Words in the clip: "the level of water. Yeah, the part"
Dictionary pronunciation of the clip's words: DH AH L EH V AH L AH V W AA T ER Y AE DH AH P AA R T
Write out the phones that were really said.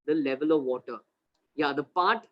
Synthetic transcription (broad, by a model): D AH L EH V AH L AH V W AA T ER Y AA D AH P AA R T